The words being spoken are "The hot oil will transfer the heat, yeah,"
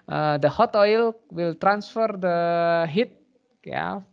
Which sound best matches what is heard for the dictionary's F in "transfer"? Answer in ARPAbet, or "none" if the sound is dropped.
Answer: F